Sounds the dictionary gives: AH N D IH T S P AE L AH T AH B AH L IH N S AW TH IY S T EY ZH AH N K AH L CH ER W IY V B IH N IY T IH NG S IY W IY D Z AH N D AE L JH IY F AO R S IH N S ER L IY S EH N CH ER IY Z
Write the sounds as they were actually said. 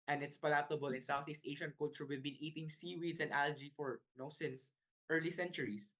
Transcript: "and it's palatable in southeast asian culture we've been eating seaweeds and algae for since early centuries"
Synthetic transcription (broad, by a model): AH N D IH T S P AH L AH T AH B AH L IH N S AW TH IY S T EY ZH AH N K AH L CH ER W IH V B IH N IY T IH NG S IY W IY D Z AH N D AE L JH IY F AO R S IH N S ER L IY S EH N CH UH IY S